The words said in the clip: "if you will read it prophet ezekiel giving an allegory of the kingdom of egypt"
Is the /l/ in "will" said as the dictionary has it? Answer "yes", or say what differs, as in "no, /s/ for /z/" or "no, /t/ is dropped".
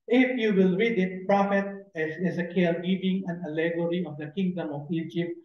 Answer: yes